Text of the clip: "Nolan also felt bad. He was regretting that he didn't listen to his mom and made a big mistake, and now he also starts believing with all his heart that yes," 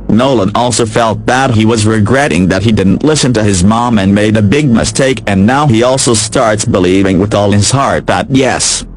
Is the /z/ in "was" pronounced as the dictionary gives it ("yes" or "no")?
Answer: yes